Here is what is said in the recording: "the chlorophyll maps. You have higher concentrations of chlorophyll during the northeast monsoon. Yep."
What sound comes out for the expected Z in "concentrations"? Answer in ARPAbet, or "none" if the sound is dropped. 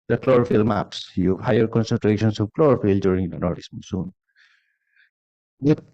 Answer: S